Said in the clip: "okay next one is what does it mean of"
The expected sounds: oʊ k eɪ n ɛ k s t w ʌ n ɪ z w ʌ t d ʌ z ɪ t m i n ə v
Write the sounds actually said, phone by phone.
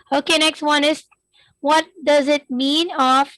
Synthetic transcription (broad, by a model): oʊ k eɪ n ɛ k s t w ʌ n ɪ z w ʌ t d ʌ z ɪ t m i n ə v